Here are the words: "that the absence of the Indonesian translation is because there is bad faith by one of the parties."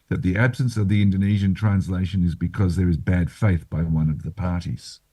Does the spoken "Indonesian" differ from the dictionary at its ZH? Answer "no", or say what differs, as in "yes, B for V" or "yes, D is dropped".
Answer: no